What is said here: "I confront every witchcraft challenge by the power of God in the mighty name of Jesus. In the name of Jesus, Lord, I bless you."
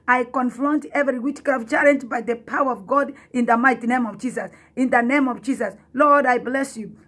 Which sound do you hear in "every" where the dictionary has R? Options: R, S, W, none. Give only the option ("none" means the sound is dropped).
R